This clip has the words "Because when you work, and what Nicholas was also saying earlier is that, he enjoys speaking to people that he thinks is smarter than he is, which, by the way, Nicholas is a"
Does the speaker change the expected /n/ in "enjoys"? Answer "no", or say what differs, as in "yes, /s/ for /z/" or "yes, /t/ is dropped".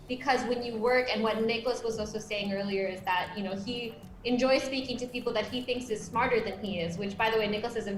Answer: no